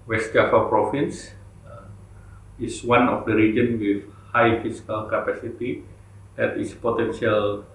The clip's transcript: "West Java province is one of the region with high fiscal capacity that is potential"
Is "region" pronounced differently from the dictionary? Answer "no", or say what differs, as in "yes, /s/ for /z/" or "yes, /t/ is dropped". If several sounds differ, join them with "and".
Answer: no